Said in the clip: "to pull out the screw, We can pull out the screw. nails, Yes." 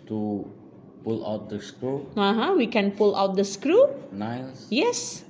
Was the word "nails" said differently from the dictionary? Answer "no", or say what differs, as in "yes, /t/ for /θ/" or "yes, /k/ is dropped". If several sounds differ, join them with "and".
yes, /s/ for /z/